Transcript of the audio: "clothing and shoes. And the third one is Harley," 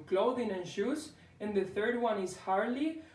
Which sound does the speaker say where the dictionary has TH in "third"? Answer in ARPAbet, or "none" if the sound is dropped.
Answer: TH